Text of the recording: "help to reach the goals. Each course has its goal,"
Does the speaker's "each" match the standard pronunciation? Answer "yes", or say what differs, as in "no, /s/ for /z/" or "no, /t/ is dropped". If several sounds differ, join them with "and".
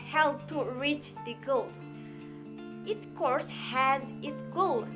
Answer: no, /s/ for /tʃ/